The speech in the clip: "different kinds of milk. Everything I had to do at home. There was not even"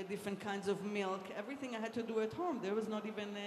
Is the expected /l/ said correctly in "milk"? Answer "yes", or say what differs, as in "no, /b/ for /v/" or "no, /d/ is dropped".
yes